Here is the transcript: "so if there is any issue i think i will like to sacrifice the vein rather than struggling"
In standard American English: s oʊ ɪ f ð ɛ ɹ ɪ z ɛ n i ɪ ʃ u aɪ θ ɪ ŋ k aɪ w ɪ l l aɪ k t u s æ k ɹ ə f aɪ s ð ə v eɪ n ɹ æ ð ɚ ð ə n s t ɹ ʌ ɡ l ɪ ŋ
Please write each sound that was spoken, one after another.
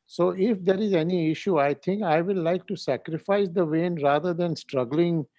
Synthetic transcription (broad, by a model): s oʊ ɪ f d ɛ ɹ ɪ z ɛ n i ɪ ʃ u aɪ t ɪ ŋ k aɪ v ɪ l l aɪ k t u s æ k ɹ ə f aɪ s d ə v eɪ n ɹ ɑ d ɚ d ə n s t ɹ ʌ ɡ l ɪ ŋ